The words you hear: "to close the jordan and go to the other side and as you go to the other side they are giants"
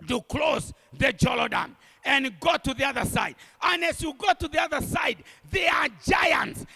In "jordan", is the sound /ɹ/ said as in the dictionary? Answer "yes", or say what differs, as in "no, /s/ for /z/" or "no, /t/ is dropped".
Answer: no, /l/ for /ɹ/